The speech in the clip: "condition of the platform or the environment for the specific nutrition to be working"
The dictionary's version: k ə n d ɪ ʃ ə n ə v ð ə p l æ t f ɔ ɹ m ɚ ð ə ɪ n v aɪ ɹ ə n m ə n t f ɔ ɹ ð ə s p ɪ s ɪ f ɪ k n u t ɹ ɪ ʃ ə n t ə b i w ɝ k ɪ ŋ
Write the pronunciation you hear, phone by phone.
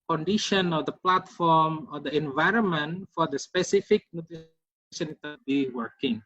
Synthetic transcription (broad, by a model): k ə n d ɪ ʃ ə n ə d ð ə p l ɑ t f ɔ ɹ m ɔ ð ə ɪ n v aɪ ɹ ə n m ə n t f ɔ ɹ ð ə s p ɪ s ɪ f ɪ k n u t ɪ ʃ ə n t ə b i w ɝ k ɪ ŋ